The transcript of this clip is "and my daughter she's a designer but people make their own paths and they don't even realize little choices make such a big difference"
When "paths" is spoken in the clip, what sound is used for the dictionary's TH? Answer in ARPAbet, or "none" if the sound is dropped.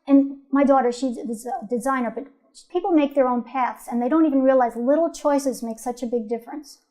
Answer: TH